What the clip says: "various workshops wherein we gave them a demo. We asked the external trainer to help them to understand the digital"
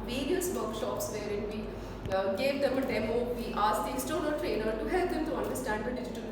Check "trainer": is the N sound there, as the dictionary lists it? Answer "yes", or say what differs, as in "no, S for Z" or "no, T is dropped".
no, L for N